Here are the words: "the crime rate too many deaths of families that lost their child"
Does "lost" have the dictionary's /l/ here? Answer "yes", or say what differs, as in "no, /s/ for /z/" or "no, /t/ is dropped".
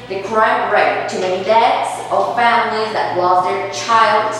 no, /w/ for /l/